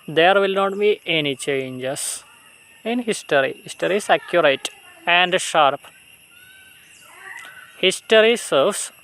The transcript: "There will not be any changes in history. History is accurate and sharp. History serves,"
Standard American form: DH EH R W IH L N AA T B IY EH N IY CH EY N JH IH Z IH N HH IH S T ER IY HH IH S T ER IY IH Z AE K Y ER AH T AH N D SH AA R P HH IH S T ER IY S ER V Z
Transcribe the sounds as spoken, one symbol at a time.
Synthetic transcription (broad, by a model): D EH R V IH L N AA T B IY EH N IY CH EY N JH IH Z IH N HH IH S T ER IY HH IH S T ER IY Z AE K Y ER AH T AH N D SH AA R P HH IH S T ER IY S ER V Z